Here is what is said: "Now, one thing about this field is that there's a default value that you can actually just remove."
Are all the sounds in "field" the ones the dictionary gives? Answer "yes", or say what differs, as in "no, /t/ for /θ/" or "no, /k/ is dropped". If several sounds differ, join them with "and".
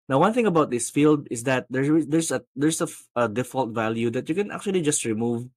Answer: yes